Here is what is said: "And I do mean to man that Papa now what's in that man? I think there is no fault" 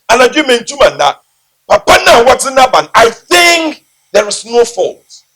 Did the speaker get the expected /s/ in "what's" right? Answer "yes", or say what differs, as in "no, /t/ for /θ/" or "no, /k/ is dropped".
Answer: no, /s/ is dropped